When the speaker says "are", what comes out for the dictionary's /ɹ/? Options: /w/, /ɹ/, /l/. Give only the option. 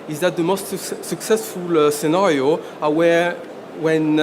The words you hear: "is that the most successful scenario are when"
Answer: /w/